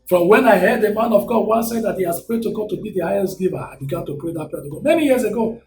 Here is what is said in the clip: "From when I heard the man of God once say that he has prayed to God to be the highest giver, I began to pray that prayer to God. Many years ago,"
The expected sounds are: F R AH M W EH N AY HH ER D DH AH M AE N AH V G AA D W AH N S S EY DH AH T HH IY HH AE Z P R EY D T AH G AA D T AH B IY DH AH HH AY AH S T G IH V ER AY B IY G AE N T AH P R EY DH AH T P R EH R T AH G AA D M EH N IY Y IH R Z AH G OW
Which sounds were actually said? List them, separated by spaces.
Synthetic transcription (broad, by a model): F R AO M W EH N AY HH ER D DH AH M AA N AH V G AA D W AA S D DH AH T HH IY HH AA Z P R EY D T AH G AA D T AH B IY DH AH HH AY AH S T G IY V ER AY B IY G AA N T AH P R EY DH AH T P EH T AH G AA M EH N IY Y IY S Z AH G OW